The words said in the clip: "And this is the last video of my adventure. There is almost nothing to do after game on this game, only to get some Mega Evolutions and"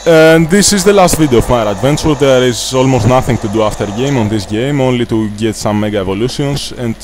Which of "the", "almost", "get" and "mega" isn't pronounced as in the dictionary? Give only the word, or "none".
none